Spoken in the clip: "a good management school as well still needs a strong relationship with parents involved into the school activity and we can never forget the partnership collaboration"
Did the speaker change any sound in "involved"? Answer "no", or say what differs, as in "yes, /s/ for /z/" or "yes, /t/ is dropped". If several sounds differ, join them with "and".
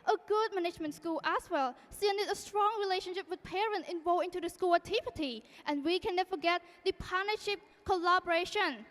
yes, /d/ is dropped